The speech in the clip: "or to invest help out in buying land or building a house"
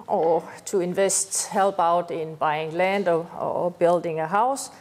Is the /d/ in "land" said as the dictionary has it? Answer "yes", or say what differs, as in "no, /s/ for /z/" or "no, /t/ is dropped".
yes